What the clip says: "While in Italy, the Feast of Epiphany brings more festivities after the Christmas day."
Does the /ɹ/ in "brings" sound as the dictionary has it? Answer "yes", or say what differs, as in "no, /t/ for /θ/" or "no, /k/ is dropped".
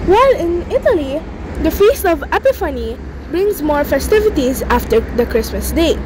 yes